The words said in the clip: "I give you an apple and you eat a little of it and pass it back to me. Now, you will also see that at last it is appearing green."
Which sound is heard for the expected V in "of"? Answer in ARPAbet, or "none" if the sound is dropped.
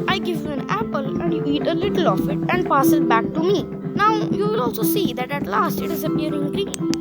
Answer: F